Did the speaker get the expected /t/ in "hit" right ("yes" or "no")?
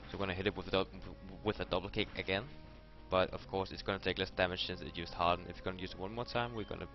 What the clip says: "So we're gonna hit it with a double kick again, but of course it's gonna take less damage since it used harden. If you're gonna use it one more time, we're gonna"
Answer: yes